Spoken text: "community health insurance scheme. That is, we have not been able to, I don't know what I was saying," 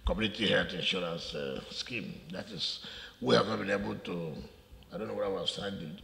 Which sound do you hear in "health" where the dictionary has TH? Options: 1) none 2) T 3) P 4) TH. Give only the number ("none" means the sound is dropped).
2